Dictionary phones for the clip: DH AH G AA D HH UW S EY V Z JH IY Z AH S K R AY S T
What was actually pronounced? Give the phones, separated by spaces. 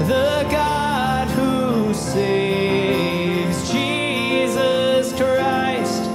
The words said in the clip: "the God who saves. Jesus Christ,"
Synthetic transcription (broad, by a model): DH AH G AA D HH UW S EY Z JH IY Z AH S K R AY S T